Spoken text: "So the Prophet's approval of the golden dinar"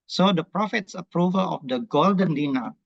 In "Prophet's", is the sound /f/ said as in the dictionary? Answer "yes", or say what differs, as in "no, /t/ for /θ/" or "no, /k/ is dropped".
yes